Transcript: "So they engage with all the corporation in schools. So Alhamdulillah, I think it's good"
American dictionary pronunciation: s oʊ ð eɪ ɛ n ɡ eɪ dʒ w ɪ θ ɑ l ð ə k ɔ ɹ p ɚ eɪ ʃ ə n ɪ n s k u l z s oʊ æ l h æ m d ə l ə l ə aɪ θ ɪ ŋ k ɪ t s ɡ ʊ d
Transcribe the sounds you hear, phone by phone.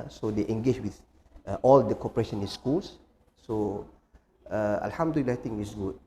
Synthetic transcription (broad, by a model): s oʊ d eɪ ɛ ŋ ɡ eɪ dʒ w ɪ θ ɑ l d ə k ɔ p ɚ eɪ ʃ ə n ɪ n s k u l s s oʊ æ l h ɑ m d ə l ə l aɪ t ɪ ŋ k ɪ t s ɡ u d